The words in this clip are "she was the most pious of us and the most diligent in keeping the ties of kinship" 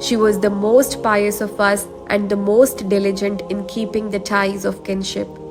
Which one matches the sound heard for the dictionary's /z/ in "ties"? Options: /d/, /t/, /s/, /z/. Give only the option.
/z/